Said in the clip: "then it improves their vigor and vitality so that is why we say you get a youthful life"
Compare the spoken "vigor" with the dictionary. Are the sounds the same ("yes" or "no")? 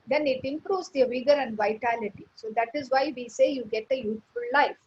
yes